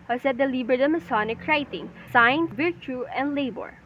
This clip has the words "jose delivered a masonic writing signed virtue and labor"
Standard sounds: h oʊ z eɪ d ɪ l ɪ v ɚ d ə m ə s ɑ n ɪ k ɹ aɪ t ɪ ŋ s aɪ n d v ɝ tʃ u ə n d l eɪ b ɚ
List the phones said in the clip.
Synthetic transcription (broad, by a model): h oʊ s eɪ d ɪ l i b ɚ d ə m ə s ɑ n ɪ k ɹ aɪ t ɪ ŋ s aɪ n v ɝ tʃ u ə n d l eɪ b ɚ